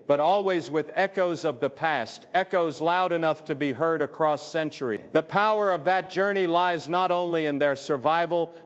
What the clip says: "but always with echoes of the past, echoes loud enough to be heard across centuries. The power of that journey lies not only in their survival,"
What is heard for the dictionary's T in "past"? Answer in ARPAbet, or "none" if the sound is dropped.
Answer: T